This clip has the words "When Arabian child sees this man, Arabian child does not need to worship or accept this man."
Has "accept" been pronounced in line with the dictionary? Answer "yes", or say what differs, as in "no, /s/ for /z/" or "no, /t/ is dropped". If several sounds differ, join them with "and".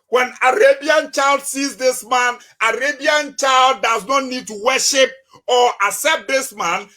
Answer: no, /k/ is dropped